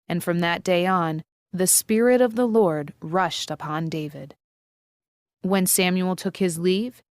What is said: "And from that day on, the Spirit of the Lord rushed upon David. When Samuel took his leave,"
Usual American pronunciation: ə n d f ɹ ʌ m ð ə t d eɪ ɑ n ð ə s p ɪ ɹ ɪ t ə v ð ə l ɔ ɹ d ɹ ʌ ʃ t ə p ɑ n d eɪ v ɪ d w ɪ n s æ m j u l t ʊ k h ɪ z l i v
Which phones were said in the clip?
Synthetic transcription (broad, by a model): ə n f ɹ ʌ m ð ə t d eɪ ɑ n ð ə s p ɪ ɹ ɪ t ə v ð ə l ɔ ɹ d ɹ ʌ ʃ t ə p ɑ n d eɪ v ɪ d w ɪ n s æ m j u l t ʊ k h ɪ z l i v